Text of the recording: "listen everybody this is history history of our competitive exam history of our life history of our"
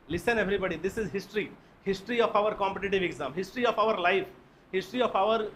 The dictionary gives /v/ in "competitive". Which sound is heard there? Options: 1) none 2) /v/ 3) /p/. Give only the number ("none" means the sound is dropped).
2